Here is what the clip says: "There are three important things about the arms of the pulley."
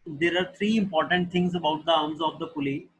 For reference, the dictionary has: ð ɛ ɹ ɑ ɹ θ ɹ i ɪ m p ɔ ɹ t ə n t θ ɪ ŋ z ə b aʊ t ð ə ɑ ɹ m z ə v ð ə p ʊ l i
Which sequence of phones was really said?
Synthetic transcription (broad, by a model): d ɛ ɹ ɑ ɹ t ɹ i ɪ m p ɔ ɹ t ə n t t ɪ ŋ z ə b aʊ t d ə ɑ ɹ m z ə v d ə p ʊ l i